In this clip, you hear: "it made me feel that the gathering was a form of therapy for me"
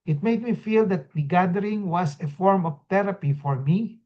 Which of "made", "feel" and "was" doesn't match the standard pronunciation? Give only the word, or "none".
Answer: was